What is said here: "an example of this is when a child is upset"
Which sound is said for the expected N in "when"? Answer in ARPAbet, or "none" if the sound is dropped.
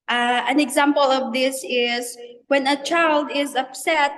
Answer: N